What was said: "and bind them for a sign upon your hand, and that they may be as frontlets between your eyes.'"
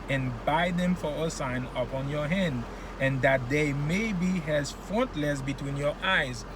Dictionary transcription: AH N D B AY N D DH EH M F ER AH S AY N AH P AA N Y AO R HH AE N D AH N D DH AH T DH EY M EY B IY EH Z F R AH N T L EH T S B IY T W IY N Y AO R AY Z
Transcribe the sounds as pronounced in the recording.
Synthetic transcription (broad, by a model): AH N B AY D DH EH M F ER AH S AY N AH P AA N Y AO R HH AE N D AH N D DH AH T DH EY M EY B IY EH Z F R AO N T L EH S B IY T W IY N Y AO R AY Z